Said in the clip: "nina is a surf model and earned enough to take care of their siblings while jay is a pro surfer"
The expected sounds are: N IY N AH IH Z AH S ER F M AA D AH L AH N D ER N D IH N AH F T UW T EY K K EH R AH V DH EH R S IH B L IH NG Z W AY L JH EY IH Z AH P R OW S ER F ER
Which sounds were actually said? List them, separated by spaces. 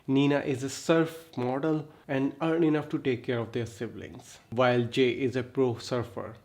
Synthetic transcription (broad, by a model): N IY N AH IH Z AH S ER F M AA D AH L AH N D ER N IH N AH F T UW T EY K K EH R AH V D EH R S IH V L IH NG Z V AY L JH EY IH Z AH P R OW S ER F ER